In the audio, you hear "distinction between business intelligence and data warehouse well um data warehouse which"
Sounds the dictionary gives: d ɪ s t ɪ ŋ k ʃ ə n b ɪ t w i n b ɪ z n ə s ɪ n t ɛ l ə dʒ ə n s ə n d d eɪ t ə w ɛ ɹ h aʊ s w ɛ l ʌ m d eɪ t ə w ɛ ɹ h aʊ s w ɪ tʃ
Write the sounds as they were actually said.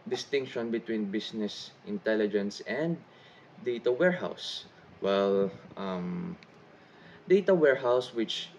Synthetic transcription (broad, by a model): d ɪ s t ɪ ŋ k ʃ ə n b ɪ t w i n b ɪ s n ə s ɪ n t ɛ l ə dʒ ə n s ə n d d eɪ t ə w ɛ ɹ h aʊ s w ɛ l ʌ m d eɪ t ə w ɛ ɹ h aʊ s w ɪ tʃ